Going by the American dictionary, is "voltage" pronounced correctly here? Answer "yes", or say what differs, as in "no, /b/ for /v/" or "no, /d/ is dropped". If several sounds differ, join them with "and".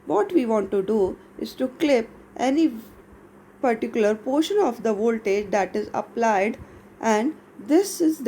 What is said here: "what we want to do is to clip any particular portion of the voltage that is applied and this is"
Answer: yes